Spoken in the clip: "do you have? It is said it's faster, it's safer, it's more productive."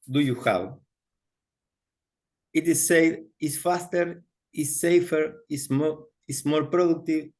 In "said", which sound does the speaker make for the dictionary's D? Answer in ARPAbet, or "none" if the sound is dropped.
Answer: none